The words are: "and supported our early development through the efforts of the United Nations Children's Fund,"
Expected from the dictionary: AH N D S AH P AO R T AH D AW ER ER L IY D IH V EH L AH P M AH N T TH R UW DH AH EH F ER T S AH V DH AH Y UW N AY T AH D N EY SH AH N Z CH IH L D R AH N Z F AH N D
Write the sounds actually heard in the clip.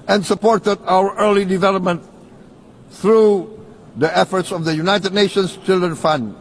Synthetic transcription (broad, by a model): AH N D S AH P AO R T AH D AW ER ER L IY D IH V EH L AH P M AH N T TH R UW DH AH EH F ER T S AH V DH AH Y UW N AY T AH D N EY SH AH N S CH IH L D R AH N F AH N D